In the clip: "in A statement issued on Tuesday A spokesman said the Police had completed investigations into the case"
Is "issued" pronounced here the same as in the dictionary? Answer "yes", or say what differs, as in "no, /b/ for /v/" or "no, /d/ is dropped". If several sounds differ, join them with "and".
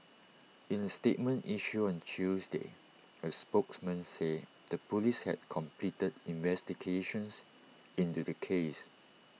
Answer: no, /d/ is dropped